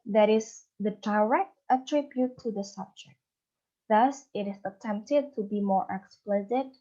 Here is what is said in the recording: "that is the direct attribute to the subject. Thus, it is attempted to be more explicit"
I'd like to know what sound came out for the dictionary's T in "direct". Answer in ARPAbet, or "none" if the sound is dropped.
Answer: T